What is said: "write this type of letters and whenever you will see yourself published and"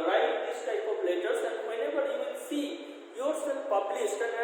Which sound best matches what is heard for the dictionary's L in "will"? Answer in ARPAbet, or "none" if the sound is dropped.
N